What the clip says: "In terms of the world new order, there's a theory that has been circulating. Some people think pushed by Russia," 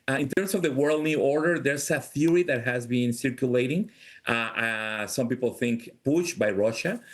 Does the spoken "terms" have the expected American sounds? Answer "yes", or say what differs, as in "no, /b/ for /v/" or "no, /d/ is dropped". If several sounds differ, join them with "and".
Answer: no, /s/ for /z/